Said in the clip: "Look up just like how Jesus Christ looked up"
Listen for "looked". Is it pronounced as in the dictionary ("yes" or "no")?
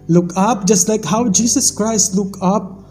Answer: no